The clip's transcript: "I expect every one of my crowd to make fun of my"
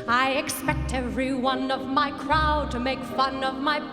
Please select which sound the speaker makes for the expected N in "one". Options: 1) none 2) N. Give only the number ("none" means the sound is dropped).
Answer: 2